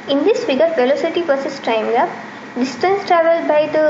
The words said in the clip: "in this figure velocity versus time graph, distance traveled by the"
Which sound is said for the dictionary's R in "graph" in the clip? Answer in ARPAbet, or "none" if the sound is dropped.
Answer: none